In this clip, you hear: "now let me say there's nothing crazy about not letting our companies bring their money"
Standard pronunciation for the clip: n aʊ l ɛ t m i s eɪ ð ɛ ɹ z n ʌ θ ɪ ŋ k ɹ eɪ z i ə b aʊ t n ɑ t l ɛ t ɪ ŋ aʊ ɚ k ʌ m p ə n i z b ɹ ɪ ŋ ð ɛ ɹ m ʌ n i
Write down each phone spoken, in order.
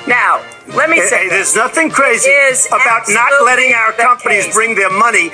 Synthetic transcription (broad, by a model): n aʊ l ɛ t m i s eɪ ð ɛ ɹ z n ʌ θ ɪ ŋ k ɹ eɪ z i ə b aʊ t n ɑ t l ɛ t ɪ ŋ aʊ ɚ k ʌ m p ə n i z b ɹ ɪ ŋ ð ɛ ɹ m ʌ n i